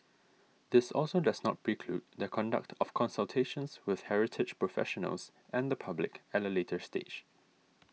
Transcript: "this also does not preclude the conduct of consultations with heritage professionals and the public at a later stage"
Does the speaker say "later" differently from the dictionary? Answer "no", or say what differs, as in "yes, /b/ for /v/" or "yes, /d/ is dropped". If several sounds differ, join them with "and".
no